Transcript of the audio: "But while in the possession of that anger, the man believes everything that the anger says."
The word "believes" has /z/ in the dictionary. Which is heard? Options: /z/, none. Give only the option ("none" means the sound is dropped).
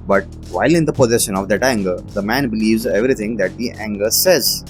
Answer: /z/